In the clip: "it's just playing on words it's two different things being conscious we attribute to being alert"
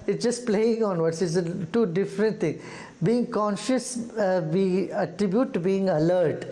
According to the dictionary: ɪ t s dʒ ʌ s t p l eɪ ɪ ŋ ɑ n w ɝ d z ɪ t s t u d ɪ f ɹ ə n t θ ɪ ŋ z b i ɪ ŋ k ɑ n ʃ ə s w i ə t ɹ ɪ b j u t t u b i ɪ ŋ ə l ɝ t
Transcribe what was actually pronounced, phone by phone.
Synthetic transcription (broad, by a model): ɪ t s dʒ ʌ s t p l eɪ ɪ ŋ ɑ n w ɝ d s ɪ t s t u d ɪ f ɹ ə n t t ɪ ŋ b i ɪ ŋ k ɑ n ʃ ə s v i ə t ɹ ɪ b j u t t u b i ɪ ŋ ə l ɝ t